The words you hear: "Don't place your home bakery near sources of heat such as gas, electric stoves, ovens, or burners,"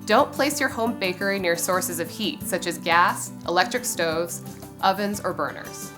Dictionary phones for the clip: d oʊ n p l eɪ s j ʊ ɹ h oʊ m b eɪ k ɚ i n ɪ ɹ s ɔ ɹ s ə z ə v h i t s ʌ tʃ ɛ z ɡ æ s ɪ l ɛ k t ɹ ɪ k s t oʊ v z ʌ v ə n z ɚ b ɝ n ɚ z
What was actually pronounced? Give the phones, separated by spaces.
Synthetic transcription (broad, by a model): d oʊ n p l eɪ s j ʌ ɹ h oʊ m b eɪ k ɚ i n ɪ ɹ s ɔ ɹ s ə z ə v h i t s ʌ tʃ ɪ z ɡ æ s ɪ l ɛ k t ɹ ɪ k s t oʊ v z ʌ v ə n z ɚ b ɝ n ɚ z